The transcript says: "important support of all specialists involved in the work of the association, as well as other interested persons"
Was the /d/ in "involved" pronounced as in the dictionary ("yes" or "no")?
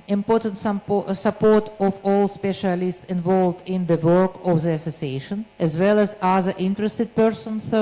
yes